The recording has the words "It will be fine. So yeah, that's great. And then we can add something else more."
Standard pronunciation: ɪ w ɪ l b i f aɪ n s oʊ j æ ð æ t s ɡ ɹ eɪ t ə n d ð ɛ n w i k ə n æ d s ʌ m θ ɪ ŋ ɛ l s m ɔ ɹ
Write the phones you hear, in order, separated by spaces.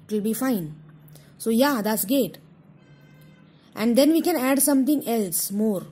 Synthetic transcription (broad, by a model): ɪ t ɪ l b i f aɪ n s oʊ j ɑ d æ t s ɡ eɪ t ə n d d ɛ n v i k ə n æ d s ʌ m t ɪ ŋ ɛ l s m ɔ ɹ